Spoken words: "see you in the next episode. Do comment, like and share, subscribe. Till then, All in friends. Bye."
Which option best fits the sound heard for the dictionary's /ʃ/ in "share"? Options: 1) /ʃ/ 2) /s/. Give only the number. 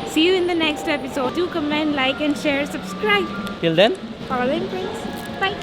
1